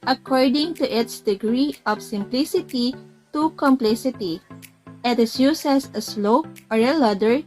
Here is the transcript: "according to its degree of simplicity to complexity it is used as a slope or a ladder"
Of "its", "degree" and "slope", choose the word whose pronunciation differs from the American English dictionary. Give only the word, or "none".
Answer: slope